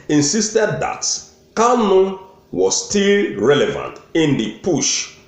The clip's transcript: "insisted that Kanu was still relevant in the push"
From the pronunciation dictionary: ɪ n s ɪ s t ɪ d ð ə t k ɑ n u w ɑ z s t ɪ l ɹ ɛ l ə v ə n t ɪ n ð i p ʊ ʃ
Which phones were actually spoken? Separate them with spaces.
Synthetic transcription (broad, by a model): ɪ n s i s t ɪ d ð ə t k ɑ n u w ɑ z s t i l ɹ ɛ l ə v ə n t ɪ n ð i p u ʃ